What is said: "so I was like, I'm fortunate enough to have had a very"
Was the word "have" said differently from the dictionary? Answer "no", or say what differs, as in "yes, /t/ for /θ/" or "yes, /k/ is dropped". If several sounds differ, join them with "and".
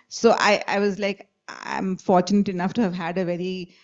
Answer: no